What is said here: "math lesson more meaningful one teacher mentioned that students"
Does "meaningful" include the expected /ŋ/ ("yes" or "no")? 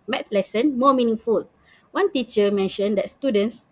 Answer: yes